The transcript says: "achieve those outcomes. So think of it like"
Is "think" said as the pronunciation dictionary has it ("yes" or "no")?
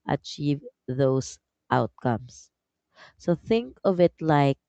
yes